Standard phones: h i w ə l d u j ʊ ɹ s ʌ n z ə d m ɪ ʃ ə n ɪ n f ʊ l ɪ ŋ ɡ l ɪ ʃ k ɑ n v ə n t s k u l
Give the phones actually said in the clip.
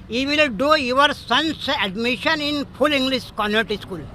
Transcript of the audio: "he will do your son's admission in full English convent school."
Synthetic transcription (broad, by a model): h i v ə l d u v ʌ ɹ s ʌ n s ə d m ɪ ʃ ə n ɪ n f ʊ l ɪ ŋ ɡ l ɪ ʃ k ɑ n ə t s k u l